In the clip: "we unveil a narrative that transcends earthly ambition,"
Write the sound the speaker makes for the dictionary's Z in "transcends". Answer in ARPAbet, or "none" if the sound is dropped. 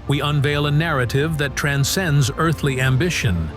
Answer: Z